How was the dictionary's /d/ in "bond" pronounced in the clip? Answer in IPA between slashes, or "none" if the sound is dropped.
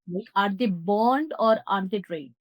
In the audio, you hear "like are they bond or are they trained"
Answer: /d/